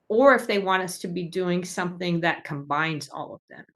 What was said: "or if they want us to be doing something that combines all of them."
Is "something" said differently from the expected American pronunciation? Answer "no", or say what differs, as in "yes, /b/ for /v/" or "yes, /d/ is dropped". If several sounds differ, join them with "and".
no